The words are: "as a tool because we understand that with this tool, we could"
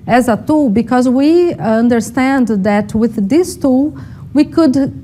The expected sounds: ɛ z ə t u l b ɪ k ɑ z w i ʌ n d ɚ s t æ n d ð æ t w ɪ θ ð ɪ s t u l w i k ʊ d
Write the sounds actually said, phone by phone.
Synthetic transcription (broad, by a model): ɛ z ə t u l b ɪ k ɑ z w i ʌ n d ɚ s t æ n d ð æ t w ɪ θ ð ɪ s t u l w i k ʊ d